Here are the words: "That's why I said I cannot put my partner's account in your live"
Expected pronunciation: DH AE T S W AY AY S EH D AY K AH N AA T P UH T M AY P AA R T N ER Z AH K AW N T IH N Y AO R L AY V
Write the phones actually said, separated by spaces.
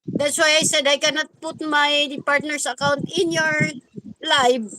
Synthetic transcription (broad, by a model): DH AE T S W AY AY S EH D AY K AH N AA T P UH T M AY P AA R T N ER S AH K AW N T IH N Y AO R L AY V